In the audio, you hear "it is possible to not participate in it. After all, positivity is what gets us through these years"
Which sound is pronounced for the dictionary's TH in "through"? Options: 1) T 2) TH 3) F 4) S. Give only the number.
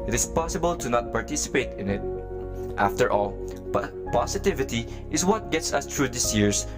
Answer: 1